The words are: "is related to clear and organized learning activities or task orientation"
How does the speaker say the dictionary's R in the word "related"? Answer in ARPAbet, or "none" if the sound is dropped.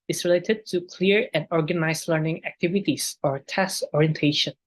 R